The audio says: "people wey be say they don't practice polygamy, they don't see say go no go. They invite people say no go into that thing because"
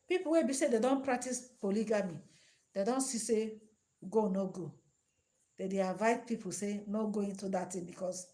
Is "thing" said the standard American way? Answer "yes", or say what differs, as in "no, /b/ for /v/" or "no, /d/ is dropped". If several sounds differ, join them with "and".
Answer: no, /t/ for /θ/